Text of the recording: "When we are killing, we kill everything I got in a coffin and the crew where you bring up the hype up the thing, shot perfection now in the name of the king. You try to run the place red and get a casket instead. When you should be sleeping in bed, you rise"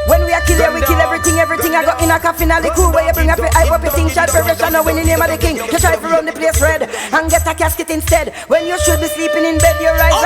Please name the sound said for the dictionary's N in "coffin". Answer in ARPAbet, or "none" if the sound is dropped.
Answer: N